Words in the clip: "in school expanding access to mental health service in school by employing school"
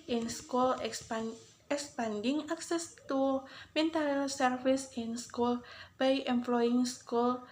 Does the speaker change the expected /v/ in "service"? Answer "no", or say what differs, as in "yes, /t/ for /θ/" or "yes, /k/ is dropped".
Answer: yes, /f/ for /v/